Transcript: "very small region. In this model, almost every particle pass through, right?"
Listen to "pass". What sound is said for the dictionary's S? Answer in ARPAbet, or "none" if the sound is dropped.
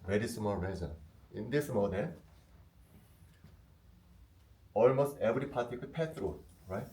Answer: none